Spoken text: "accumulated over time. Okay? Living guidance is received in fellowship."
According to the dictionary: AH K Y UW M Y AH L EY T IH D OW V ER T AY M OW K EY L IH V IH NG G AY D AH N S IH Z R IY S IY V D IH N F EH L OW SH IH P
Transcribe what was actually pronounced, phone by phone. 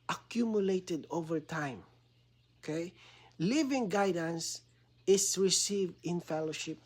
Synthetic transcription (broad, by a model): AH K Y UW M Y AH L EY T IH D OW V ER T AY M OW K EY L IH V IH NG G AY D AH N S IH S R IY S IY V D IH N F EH L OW SH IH P